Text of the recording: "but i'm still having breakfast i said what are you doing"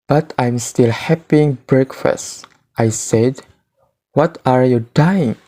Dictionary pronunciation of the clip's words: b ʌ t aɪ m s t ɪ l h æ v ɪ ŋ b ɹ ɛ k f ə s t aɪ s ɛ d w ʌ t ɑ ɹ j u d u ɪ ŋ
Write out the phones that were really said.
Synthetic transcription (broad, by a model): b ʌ t aɪ m s t ɪ l h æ p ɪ ŋ b ɹ ɛ k f ə s t aɪ s ɛ d w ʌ t ɑ ɹ j u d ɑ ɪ ŋ